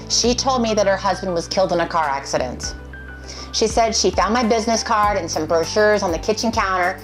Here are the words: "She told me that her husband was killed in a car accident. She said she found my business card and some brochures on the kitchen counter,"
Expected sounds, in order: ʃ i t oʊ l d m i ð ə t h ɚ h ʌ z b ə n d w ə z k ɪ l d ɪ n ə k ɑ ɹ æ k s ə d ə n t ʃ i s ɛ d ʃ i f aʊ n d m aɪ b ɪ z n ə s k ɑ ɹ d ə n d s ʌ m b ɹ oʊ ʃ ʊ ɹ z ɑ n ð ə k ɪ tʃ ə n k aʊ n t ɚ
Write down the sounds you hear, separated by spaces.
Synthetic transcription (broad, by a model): ʃ i t oʊ l d m i ð ə t h ɚ h ʌ z b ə n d w ə z k ɪ l d ɪ n ə k ɑ ɹ æ k s ə d ə n t ʃ i s ɛ d ʃ i f aʊ n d m aɪ b ɪ z n ə s k ɑ ɹ d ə n s ʌ m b ɹ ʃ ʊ ɹ z n ð ə k ɪ tʃ ə n k aʊ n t ɚ